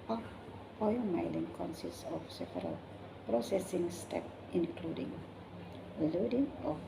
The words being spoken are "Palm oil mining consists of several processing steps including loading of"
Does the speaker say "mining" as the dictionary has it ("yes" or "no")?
no